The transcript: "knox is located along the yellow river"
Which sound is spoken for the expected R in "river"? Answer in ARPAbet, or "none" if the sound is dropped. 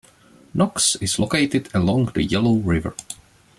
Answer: R